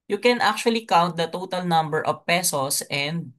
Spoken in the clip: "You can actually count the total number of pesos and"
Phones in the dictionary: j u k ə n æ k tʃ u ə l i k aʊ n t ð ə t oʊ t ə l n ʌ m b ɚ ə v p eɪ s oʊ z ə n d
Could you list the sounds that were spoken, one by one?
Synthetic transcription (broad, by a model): j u k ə n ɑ k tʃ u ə l i k aʊ n t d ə t oʊ t ə l n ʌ m b ɚ ə v p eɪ s oʊ s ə n d